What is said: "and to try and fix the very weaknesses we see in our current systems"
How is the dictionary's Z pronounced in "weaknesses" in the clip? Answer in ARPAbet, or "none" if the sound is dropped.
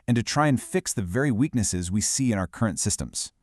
Z